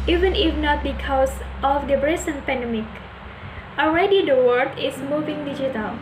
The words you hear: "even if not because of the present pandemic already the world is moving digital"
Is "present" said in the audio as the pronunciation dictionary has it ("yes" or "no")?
no